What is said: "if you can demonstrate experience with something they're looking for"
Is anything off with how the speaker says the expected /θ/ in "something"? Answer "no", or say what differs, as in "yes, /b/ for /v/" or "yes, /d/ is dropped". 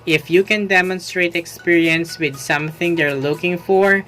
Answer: no